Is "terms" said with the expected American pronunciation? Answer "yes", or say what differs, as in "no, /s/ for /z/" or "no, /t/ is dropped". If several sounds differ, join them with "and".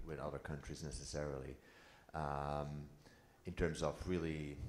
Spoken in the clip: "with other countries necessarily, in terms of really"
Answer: yes